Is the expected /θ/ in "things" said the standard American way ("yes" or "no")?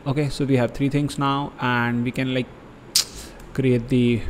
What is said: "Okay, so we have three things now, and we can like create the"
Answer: no